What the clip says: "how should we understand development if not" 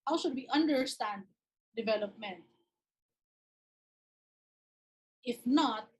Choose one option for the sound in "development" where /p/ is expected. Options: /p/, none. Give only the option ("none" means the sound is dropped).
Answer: /p/